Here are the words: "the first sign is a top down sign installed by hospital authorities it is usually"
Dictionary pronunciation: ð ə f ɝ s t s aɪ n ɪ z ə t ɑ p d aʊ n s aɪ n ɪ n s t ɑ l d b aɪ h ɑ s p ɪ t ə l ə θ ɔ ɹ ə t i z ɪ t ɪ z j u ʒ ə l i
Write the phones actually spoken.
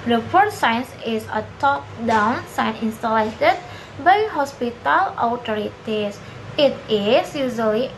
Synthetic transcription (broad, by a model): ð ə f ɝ t s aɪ n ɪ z ə t ɑ p d aʊ n s aɪ n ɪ n s t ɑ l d b aɪ h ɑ s p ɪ t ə l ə t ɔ ɹ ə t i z ɪ t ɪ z j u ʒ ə l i